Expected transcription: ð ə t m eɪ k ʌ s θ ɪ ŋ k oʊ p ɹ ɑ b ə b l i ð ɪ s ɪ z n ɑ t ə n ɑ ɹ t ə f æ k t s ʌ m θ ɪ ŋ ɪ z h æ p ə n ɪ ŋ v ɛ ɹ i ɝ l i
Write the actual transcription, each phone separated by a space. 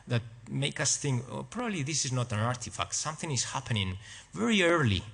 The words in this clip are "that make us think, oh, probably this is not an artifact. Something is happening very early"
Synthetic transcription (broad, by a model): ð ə t m eɪ k ʌ s θ ɪ ŋ k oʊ p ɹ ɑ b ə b l i ð ɪ s ɪ z n ɑ t ə n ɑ ɹ t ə f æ k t s ʌ m θ ɪ ŋ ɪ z h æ p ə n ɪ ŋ v ɛ ɹ i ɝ l i